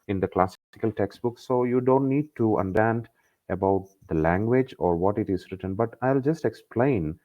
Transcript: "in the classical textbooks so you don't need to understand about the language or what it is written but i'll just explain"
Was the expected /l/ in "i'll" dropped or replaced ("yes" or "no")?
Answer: no